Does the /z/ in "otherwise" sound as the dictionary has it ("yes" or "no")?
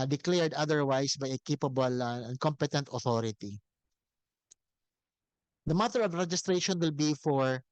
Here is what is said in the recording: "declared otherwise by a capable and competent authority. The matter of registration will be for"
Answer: no